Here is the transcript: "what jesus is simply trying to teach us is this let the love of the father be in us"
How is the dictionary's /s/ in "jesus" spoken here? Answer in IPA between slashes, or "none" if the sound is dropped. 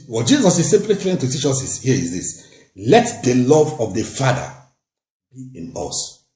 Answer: /s/